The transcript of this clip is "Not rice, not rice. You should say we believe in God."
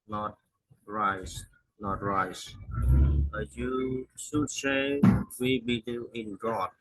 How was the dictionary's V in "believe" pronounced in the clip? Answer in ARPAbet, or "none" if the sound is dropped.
none